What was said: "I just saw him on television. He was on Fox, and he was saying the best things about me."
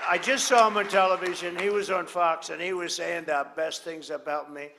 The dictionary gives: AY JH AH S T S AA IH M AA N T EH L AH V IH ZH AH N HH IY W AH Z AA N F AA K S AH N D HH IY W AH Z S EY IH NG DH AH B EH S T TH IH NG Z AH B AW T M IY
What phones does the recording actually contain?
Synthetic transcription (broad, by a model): AY JH AH S T S AA IH M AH N T EH L AH V IH ZH AH N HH IY W AH Z N F AA K S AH N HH IY W AH Z S EY IH NG DH AH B EH S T TH IH NG Z AH B AW T M IY